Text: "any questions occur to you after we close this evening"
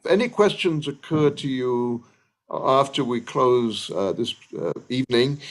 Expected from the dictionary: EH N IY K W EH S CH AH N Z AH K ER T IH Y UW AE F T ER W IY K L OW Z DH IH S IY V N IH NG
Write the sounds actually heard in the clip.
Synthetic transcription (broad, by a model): EH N IY K W EH S CH AH N Z AH K ER T IH Y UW AE F T ER W IY K L OW Z DH IH S IY V N IH NG